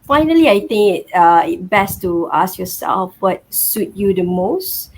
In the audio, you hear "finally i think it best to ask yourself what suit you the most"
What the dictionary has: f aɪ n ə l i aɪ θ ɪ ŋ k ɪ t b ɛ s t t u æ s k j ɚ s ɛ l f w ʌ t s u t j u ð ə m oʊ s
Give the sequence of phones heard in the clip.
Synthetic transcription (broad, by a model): f aɪ n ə l i aɪ t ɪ ŋ k ɪ t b ɛ s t t u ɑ s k j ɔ s ɛ l f w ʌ t s u t j u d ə m oʊ s